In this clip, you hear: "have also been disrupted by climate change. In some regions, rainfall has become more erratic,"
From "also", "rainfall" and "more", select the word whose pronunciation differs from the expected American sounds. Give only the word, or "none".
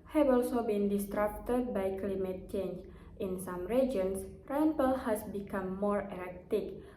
rainfall